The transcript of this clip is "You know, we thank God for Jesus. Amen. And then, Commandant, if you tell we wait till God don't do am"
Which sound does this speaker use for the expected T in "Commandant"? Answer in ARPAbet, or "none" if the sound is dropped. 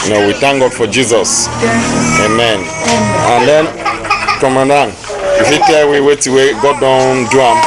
none